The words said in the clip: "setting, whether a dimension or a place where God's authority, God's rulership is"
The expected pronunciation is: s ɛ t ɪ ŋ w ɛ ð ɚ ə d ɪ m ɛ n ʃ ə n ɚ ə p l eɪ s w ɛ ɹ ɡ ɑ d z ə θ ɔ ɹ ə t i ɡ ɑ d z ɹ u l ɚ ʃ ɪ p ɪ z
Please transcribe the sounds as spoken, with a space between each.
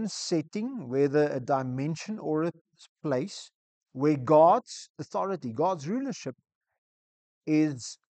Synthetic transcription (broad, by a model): s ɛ t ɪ ŋ w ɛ ð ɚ ə d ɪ m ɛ n ʃ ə n ɚ ə p l eɪ s w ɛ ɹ ɡ ɑ d z ə θ ɔ ɹ ə t i ɡ ɑ d z ɹ u l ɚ ʃ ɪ p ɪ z